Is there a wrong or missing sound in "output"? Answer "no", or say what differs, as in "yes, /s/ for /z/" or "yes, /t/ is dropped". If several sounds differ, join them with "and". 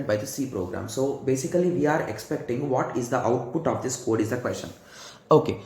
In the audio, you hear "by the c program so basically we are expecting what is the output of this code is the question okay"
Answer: no